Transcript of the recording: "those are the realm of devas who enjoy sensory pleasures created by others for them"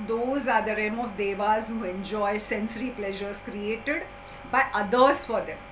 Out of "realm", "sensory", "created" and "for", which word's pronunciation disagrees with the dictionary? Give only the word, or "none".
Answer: realm